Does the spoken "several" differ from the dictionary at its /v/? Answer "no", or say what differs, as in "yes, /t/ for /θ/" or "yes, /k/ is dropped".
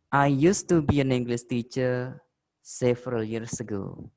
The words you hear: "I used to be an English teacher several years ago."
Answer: yes, /f/ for /v/